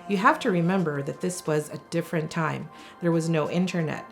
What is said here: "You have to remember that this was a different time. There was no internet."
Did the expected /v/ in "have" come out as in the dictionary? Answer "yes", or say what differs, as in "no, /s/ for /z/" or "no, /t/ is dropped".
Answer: no, /f/ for /v/